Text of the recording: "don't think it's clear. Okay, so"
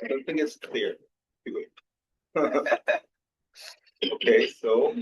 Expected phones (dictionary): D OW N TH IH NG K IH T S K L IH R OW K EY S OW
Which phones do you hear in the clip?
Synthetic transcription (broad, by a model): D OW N TH IH NG K IH T S K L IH R OW K EY S OW